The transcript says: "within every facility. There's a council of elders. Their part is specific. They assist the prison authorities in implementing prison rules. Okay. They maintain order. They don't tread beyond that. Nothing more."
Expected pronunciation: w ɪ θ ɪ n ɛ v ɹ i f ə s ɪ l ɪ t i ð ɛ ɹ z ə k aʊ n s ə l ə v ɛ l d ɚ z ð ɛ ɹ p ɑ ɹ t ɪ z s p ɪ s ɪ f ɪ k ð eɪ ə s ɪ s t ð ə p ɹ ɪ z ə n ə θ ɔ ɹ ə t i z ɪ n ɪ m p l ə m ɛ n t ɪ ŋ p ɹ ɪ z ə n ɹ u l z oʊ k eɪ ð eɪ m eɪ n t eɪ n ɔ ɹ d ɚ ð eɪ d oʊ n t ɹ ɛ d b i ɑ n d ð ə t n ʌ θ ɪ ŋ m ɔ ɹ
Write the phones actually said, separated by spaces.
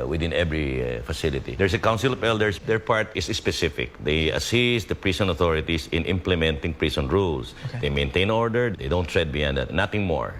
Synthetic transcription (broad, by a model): w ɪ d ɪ n ɛ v ɹ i f ə s ɪ l ɪ t i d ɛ ɹ s ə k aʊ n s ə l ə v ɛ l d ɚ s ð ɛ ɹ p ɑ ɹ t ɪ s s p ɪ s ɪ f ɪ k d eɪ ə s ɪ s t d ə p ɹ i s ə n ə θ ɔ ɹ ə t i s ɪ n ɪ m p l ə m ɛ n t ɪ ŋ p ɹ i s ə n ɹ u l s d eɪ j m eɪ n t eɪ n ɔ ɹ d ɚ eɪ d oʊ n t ɹ ɛ d b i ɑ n d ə t n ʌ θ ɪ ŋ m ɔ ɹ